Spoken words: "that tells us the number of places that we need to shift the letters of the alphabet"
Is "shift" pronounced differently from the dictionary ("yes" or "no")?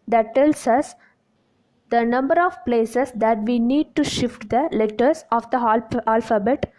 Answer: no